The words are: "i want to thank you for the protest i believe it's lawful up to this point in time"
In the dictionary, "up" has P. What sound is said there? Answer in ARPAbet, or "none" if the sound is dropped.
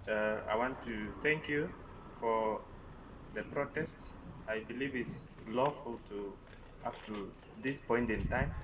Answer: F